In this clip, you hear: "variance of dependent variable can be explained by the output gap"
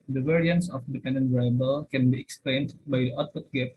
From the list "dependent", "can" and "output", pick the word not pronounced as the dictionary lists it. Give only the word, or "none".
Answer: output